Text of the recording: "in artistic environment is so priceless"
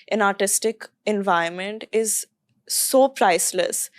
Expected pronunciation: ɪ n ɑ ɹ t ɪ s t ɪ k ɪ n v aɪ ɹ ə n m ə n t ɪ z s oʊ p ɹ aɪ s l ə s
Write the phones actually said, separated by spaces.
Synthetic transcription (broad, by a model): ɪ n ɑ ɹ t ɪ s t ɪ k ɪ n v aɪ ə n m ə n t ɪ z s oʊ p ɹ aɪ s l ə s